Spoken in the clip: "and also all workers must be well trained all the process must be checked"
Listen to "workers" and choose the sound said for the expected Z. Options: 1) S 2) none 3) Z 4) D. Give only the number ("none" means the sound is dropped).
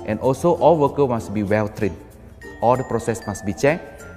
2